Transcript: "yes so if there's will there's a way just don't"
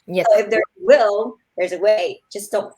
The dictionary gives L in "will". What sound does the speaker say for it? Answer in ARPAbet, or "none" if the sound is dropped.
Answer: L